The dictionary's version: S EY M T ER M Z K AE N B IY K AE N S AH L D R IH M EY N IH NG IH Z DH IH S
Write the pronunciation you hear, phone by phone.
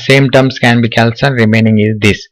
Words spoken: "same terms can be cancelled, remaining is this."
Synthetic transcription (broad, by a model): S EY M T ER M S K AE N B IY K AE L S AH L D R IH M EY N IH NG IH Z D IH S